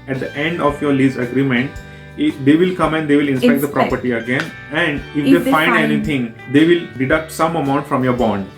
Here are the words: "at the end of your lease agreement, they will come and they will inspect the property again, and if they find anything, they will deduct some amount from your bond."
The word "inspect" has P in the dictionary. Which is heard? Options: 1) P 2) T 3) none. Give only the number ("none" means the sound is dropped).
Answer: 3